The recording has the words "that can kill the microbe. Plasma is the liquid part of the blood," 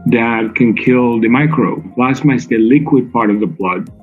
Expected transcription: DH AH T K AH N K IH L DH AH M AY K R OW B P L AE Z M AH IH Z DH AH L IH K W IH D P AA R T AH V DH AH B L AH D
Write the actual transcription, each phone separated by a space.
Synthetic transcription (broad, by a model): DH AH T K AH N K IH L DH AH M AY K R OW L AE S M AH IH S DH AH L IH K W IH D P AA R T AH V DH AH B L AH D